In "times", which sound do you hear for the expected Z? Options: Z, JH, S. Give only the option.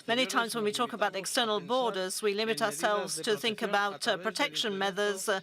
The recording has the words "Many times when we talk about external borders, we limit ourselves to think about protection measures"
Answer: Z